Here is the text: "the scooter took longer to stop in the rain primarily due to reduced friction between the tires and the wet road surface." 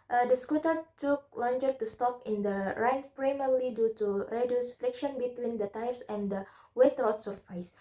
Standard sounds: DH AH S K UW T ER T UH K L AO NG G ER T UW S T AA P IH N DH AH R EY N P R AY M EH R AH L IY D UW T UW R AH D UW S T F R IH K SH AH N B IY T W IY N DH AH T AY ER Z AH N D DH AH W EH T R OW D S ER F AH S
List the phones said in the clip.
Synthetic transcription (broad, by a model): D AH S K UW T ER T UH K L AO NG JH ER T UW S T AA P IH N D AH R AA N P R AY M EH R L IY D UW T UW R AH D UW S F L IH K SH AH N B IY T W IY N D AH T AY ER S AH N D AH W EH T R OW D S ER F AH S